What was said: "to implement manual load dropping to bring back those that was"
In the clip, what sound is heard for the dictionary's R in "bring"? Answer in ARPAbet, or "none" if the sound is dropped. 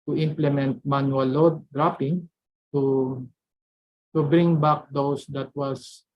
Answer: R